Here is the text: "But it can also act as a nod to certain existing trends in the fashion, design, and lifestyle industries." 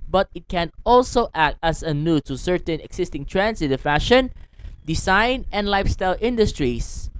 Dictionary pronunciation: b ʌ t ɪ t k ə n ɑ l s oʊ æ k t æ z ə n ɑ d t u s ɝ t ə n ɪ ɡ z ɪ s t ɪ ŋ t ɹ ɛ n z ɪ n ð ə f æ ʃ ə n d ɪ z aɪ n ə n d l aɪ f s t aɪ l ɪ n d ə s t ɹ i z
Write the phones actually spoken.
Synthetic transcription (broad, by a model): b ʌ t ɪ t k ə n ɑ l s oʊ æ k t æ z ə n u t u s ɝ t ə n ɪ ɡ s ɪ s t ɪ ŋ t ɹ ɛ n s ɪ n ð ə f æ ʃ ə n d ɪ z aɪ n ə n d l aɪ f s t aɪ l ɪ n d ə s t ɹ i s